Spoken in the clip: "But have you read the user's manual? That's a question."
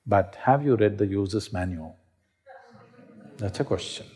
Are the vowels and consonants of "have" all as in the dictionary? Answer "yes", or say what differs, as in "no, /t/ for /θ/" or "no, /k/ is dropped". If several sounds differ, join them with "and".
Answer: yes